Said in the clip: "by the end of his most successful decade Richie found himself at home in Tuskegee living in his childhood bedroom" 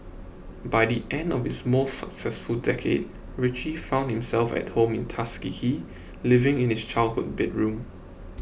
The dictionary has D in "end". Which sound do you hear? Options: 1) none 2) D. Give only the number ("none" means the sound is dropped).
2